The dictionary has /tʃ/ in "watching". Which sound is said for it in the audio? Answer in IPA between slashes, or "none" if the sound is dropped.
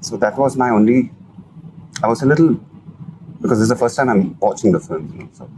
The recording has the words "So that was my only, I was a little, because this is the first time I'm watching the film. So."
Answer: /tʃ/